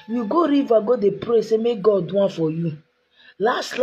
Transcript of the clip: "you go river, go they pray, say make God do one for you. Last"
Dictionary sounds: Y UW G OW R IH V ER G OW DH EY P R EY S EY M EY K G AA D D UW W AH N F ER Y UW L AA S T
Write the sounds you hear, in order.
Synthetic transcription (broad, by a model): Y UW G OW R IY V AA G OW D EY P R EY S EY M EY K G AA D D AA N F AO Y UW L AA S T